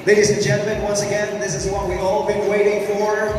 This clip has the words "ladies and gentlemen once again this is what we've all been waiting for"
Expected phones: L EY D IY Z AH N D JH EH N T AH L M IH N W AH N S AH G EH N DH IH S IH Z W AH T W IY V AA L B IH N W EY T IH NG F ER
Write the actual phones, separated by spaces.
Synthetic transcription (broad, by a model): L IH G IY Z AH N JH EH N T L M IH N W AH N S AH G EH N DH IH S IH Z W AH T W IY AA L B IH N W EY T IH NG F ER